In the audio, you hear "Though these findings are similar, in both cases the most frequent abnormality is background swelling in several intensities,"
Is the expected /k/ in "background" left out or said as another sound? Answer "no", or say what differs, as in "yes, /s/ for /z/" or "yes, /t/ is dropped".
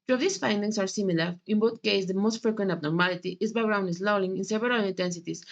yes, /k/ is dropped